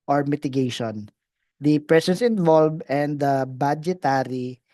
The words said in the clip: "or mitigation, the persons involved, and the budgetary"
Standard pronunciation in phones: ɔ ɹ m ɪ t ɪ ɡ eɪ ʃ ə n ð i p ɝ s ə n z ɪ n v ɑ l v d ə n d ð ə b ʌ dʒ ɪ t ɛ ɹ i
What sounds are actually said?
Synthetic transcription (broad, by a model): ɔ ɹ m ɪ t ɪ ɡ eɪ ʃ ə n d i p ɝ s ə n s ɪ n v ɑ l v ə n d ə b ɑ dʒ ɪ t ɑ ɹ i